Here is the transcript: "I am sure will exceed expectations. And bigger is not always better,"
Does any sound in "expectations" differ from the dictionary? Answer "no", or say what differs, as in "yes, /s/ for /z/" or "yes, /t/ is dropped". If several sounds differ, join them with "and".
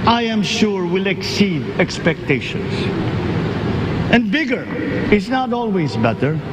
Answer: yes, /s/ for /z/